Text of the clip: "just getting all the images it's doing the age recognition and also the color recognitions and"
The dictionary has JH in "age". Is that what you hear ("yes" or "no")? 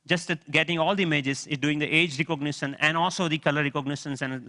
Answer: yes